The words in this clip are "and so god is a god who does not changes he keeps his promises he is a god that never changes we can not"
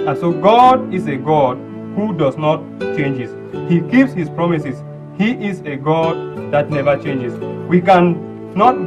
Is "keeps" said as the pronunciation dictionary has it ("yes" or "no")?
yes